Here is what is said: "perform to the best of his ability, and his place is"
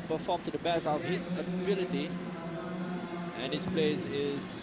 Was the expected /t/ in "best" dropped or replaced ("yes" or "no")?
yes